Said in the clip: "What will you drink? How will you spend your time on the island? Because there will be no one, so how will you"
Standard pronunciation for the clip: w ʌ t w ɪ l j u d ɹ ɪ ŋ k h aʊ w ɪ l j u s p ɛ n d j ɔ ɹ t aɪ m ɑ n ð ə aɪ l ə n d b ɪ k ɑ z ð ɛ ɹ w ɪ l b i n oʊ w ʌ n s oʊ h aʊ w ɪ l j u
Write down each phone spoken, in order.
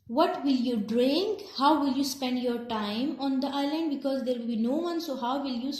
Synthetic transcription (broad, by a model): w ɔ t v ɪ l j u d ɹ ɪ ŋ k h aʊ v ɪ l j u s p ɛ n d j ɔ ɹ t aɪ m ɑ n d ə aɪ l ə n d b ɪ k ɑ z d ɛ ɹ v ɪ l b i n oʊ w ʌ n s oʊ h aʊ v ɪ l j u